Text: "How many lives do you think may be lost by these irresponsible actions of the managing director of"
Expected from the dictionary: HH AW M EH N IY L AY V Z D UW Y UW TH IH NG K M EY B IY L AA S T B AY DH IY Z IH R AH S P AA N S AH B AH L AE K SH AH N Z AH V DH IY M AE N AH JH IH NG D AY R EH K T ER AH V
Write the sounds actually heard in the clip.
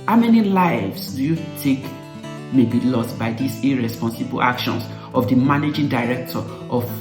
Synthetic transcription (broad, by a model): HH AW M EH N IY L AY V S D UW Y UW T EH K M EY B IY L AA S T B AY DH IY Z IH R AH S P AA N S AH B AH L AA K SH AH N S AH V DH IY M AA N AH JH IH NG D AY R EH K T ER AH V